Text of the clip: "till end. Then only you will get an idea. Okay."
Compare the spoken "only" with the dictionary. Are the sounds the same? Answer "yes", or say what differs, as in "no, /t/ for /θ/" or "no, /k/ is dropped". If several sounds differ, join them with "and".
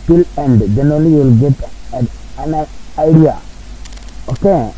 no, /n/ is dropped